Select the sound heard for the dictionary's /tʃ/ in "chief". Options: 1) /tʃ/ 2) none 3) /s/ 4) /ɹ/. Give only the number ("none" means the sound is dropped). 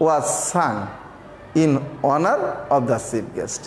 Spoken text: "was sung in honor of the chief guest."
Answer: 3